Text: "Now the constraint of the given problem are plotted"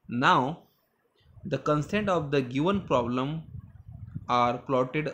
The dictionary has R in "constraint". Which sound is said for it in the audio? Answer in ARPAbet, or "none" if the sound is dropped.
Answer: none